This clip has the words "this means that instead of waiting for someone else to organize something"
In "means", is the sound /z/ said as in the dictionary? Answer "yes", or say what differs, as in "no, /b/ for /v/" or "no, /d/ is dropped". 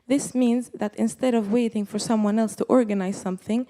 yes